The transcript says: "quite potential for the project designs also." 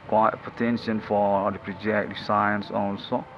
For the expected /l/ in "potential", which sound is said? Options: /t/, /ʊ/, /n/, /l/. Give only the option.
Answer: /n/